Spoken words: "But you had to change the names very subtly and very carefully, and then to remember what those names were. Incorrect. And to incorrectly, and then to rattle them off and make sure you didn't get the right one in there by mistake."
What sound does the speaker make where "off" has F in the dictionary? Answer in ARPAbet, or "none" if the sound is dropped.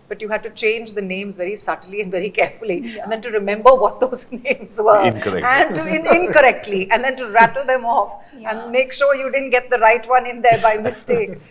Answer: F